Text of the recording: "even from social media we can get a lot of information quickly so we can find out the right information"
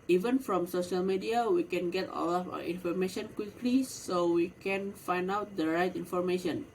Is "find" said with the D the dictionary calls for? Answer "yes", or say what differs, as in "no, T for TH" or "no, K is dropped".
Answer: yes